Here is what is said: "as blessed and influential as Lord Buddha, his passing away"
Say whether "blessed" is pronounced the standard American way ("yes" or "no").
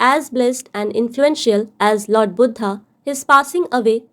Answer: yes